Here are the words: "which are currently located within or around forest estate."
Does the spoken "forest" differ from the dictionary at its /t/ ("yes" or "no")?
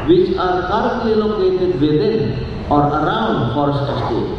yes